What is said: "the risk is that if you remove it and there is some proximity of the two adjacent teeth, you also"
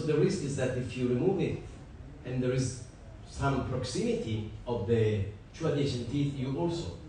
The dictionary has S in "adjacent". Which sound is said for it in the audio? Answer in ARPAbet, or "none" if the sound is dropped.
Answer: SH